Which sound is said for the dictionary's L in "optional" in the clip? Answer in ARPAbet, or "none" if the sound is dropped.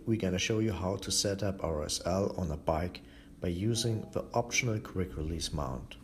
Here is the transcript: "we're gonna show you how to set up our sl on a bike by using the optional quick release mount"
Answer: L